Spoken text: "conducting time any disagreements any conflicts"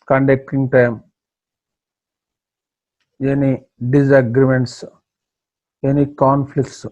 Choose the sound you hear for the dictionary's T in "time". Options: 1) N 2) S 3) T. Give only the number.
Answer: 3